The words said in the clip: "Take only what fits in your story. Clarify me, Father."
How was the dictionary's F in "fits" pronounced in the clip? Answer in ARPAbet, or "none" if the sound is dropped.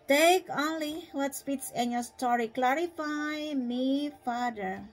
P